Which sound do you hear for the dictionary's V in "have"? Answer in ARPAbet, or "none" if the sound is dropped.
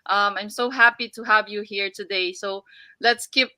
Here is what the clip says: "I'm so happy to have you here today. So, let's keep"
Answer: V